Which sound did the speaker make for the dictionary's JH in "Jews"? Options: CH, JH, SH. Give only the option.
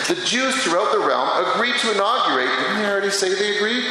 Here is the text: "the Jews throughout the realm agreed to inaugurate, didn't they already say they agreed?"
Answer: JH